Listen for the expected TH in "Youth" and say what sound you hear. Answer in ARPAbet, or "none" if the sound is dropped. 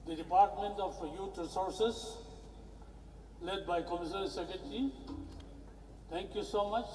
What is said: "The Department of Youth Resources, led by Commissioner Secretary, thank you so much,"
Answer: T